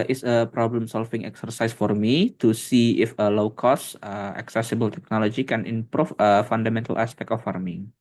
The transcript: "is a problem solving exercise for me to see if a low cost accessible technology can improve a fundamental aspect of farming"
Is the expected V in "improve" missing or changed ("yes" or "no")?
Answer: yes